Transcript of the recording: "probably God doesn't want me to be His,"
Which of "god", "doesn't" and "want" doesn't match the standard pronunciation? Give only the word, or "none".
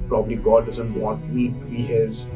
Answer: want